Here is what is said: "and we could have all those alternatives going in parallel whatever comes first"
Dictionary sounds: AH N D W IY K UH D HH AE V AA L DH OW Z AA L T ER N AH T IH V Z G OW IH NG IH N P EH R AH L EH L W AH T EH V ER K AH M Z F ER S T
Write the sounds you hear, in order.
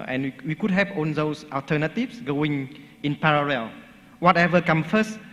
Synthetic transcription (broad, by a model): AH N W W IY K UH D HH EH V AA N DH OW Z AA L T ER N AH T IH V S G OW IH NG IH N P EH R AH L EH L W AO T EH V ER K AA M F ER S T